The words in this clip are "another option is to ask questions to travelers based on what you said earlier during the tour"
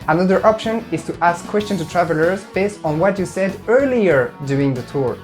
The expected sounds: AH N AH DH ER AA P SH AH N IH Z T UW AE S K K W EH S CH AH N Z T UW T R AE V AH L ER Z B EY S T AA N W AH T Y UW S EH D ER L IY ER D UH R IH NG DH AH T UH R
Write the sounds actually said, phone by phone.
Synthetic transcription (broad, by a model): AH N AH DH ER AA P SH AH N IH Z T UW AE S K K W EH S CH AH N T UW T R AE V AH L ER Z B EY S T N W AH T Y UW S EH D ER L IY ER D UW IH NG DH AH T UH R